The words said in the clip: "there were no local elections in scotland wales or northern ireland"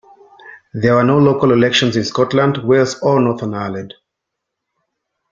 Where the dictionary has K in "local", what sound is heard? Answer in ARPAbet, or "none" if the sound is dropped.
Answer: K